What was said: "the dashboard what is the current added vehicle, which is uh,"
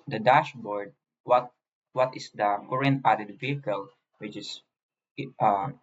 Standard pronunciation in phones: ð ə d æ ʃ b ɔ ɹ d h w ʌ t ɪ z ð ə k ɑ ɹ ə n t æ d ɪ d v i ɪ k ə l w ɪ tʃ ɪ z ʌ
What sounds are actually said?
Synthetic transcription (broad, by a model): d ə d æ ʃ b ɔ ɹ d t w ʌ t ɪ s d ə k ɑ ɹ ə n æ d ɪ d v i ɪ k ə l w ɪ tʃ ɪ s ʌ